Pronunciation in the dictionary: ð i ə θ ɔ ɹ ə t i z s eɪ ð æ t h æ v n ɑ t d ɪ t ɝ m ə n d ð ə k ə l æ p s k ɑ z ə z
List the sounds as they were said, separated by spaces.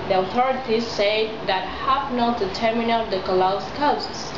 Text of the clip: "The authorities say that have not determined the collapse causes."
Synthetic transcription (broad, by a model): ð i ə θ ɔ ɹ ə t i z s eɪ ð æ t h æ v n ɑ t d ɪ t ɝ m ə n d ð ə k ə l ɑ s k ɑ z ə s